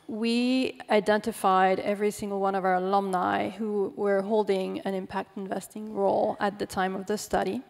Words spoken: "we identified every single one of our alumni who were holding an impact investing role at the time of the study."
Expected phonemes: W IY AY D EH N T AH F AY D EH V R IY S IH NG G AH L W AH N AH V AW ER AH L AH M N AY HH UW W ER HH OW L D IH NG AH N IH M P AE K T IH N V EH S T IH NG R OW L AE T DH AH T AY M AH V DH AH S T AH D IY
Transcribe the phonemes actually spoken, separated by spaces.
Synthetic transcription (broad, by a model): W IY AY D EH N T AH F AY D EH V R IY S IH NG G L W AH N AH V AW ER L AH M N AY HH UW W ER HH OW L D IH NG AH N IH M P AE K T IH N V EH S T IH NG R OW L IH T DH AH T AY M AH V DH AH S T AH D IY